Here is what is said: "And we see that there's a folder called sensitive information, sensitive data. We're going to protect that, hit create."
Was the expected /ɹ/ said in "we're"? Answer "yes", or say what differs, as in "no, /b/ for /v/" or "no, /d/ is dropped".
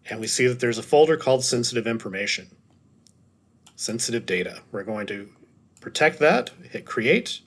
yes